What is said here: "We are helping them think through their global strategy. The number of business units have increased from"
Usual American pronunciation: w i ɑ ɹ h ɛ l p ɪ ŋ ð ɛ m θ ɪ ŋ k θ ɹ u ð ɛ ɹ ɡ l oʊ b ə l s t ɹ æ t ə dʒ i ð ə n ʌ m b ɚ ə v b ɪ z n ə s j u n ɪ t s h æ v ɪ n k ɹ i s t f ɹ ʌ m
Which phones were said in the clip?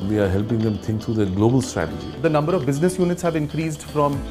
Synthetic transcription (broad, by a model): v i ɑ ɹ h ɛ l p ɪ ŋ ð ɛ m t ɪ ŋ k t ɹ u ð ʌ ɡ l oʊ b ə l s t ɹ æ t ə dʒ i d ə n ʌ m b ɚ ə v b ɪ z n ə s j u n ɪ t s h æ v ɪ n k ɹ i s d f ɹ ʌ m